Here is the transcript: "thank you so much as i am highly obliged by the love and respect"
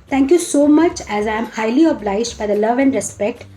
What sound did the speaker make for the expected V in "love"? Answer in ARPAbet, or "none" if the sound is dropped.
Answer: V